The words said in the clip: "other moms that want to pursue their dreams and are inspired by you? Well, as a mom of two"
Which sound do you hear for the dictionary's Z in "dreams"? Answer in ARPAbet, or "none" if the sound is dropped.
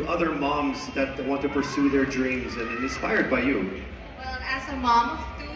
Z